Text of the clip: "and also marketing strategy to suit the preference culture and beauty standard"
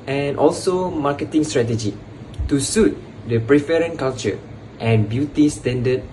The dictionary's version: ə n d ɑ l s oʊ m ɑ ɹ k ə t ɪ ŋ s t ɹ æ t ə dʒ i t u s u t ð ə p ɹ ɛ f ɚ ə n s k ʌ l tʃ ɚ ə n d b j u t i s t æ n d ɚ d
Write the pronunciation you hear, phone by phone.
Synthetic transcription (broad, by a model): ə n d ɑ l s oʊ m ɑ k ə t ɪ ŋ s t ɹ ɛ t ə dʒ i t u s u t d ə p ɹ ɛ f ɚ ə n k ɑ l tʃ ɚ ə n b j u t i s t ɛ n d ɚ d